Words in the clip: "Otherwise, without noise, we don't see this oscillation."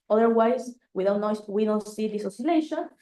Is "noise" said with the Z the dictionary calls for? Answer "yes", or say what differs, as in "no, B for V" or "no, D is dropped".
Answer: no, Z is dropped